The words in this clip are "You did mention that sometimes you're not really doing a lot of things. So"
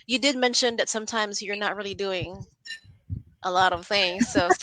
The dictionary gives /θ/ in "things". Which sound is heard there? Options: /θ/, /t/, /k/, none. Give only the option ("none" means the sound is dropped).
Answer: /θ/